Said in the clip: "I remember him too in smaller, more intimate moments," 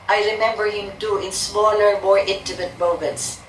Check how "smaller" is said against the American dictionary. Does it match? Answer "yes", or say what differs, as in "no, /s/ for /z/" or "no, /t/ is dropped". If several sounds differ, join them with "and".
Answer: no, /n/ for /l/